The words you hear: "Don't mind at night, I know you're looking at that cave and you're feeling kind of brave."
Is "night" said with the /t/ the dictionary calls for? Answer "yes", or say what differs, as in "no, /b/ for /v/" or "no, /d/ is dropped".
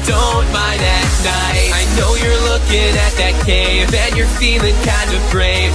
no, /t/ is dropped